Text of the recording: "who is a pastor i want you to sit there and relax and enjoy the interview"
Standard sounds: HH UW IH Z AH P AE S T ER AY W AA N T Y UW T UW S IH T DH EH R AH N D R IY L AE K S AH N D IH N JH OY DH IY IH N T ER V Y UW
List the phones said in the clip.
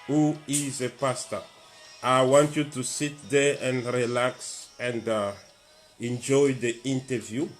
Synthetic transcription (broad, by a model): HH UW IH Z AH P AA S T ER AY W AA N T Y UW T UW S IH T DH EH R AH N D R IY L AE K S AH N D IH N JH OY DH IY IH N T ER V Y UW